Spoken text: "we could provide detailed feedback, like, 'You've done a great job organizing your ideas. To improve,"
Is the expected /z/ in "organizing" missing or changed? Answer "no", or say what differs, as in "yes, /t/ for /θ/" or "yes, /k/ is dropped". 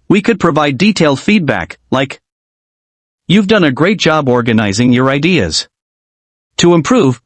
no